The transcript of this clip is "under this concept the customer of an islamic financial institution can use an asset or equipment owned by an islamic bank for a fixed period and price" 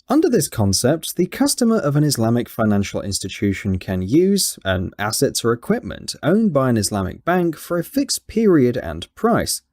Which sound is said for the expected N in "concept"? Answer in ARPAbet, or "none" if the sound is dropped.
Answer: N